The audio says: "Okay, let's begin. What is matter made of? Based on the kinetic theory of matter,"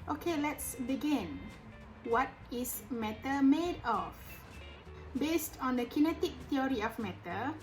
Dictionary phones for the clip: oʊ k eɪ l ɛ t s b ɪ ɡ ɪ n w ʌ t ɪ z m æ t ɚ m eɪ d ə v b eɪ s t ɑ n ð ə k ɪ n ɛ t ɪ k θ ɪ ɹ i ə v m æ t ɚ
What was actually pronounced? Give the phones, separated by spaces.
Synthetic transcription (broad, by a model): oʊ k eɪ l ɛ t s b ɪ ɡ ɪ n w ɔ t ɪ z m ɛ t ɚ m eɪ d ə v b eɪ s t ɑ n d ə k ɪ n ɛ t ɪ k t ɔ ɹ i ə f m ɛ t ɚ